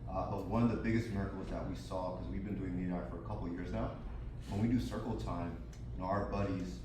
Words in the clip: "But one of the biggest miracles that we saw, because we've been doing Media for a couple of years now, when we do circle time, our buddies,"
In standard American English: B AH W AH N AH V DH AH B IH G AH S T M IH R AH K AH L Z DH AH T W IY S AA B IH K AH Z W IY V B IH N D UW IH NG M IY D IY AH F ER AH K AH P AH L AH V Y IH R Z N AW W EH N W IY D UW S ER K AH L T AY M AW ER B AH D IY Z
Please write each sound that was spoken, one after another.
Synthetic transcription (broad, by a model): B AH W AH N AH V DH AH B IH G AH S T M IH R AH K L Z DH AH T W IY S AA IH K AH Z W IY V B IH N D UW IH NG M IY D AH F ER AH K AH P L Y IH R Z N AW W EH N W IY D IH S ER K L T AY M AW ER B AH D IY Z